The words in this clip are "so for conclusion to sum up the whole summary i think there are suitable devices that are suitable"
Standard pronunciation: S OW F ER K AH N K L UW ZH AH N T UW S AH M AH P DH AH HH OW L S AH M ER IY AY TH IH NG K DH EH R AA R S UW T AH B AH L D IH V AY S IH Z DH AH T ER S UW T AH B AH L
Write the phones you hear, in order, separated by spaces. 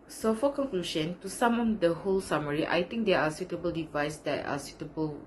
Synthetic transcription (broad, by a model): S OW F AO K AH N K L UW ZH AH N T UW S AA M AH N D AH HH OW L S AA M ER IY AY T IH NG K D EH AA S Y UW T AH B AH L D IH V AY S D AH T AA S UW T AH B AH L